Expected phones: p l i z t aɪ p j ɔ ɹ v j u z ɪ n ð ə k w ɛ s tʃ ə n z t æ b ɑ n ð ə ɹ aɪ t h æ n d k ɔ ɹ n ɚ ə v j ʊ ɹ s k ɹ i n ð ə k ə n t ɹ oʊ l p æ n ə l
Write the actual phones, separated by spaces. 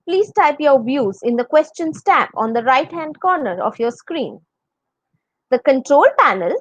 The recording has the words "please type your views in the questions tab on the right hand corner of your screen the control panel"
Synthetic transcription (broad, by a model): p l i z t aɪ p j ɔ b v j u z ɪ n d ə k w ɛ s tʃ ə n s t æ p ɑ n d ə ɹ aɪ t h æ n d k ɔ ɹ n ɚ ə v j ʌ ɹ s k ɹ i n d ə k ə n t ɹ oʊ l p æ n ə l